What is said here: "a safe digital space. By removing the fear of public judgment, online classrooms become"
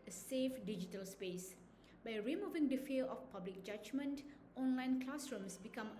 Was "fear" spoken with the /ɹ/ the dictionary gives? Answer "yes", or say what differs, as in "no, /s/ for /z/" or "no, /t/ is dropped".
no, /l/ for /ɹ/